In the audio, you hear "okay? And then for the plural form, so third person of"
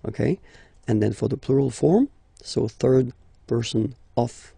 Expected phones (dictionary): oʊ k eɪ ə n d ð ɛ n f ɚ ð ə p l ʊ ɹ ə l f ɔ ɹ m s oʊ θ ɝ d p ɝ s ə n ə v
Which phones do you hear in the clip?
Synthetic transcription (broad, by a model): oʊ k eɪ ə n ð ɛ n f ɚ ð ə p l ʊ ɹ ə l f ɔ ɹ m s oʊ θ ɝ d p ɝ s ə n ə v